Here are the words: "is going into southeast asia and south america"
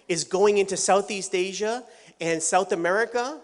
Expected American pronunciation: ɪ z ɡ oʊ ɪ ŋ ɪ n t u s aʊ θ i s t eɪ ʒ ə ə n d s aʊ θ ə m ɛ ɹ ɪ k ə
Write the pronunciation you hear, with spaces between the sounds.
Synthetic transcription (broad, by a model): ɪ z ɡ oʊ ɪ ŋ ɪ n t u s aʊ θ i s t eɪ ʒ ə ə n s aʊ θ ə m ɛ ɹ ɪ k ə